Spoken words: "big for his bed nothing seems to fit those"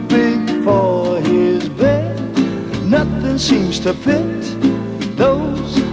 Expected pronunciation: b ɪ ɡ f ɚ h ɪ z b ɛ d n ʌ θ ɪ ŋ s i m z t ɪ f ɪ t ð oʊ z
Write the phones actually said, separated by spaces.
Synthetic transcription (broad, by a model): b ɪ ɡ f ɚ ɪ z b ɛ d n ʌ θ ɪ ŋ s i m z t ɪ p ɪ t ð oʊ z